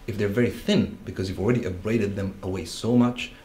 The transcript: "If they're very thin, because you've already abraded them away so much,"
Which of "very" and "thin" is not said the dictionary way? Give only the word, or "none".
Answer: none